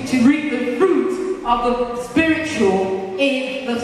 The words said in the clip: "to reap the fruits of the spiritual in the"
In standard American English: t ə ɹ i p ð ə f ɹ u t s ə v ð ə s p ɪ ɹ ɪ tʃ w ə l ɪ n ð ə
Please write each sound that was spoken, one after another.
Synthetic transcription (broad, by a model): t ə ɹ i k ð ə f ɹ u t ə v ð ə s p ɪ ɹ ɪ tʃ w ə l ɪ n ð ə